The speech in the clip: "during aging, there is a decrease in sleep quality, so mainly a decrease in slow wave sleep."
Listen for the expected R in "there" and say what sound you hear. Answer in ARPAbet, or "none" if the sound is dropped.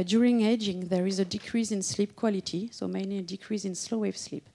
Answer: R